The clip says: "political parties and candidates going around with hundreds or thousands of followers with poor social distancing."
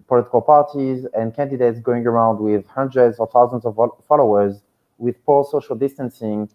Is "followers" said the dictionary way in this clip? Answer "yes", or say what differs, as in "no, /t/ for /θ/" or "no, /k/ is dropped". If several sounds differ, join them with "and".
yes